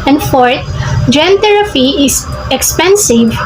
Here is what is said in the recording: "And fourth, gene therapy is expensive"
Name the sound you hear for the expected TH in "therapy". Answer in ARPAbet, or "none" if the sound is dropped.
T